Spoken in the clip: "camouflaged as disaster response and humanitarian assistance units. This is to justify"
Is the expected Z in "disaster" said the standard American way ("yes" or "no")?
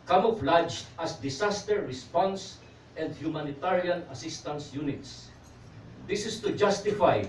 no